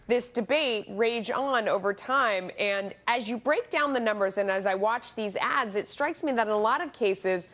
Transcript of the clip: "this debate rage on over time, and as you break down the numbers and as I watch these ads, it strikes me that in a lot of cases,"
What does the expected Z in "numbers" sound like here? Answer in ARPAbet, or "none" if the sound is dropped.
Z